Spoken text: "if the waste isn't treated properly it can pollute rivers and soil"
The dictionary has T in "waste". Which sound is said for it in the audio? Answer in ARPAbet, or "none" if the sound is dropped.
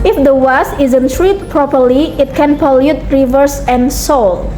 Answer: none